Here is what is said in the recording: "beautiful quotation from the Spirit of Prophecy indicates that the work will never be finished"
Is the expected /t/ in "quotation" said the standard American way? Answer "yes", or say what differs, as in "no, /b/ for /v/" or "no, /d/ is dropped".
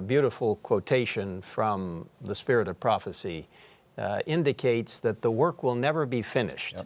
yes